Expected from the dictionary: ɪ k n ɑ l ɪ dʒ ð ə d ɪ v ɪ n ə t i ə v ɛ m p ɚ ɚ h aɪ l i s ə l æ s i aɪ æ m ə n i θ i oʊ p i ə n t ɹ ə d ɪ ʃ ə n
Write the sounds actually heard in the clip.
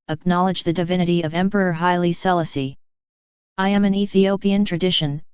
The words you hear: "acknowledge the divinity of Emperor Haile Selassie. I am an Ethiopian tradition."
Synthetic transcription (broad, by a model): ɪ k n ɑ l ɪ dʒ ð ə d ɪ v ɪ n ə t i ə v ɛ m p ɚ ɚ h aɪ l i s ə l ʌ s i aɪ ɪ m ə n i θ i oʊ p i ə n t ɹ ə d ɪ ʃ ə n